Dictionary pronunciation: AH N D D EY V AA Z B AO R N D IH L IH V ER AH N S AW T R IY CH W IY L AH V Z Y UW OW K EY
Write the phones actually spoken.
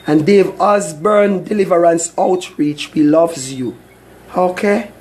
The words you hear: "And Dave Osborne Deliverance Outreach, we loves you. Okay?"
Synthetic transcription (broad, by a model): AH N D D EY V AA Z B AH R N D IH L IH V ER AH N S AW T R IY CH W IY L AH V Z Y UW OW K EY